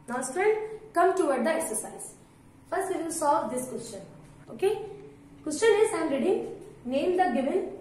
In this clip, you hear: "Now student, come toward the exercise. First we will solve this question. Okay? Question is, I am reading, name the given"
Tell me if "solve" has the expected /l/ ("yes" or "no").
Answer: no